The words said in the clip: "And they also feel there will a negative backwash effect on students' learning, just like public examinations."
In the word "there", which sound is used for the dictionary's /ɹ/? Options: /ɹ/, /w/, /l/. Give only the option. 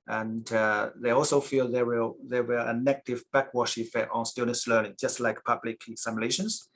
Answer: /w/